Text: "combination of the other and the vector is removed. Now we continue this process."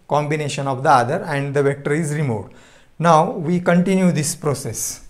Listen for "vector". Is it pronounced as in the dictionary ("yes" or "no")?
yes